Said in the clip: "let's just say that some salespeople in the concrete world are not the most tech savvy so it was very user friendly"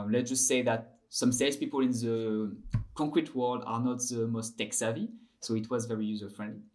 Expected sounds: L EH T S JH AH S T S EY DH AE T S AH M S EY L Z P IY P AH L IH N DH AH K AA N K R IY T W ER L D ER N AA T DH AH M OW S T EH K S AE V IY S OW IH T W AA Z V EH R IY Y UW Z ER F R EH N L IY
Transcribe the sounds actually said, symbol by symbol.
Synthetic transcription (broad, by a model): L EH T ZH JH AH S T S EY DH AE T S AH M S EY Z P IY P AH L IH N DH AH K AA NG K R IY T W ER L D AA N AA T DH AH M OW S T EH K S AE V IY S OW IH T W AA Z V EH R IY Y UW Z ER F R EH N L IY